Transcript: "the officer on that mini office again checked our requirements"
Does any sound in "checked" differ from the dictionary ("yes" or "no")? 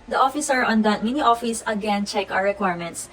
yes